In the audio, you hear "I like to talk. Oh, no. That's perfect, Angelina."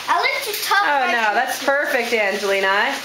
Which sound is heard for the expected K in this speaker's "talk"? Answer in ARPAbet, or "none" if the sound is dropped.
none